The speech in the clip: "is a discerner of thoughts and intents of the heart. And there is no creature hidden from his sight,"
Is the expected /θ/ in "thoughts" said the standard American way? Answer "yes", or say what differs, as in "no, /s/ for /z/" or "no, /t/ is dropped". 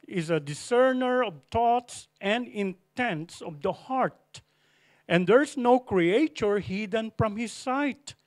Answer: no, /t/ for /θ/